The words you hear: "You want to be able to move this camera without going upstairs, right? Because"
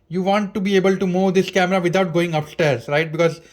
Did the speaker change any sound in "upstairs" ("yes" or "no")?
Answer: no